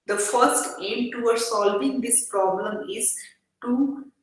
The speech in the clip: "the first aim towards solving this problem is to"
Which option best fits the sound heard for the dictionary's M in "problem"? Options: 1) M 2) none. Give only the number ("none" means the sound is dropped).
1